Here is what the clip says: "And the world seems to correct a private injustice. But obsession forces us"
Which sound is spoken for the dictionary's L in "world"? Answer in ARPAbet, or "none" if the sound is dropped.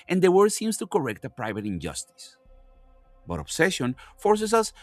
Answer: none